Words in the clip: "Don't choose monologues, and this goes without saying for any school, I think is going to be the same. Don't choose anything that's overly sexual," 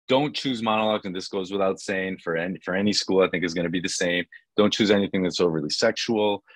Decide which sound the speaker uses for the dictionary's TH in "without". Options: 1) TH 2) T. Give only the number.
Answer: 1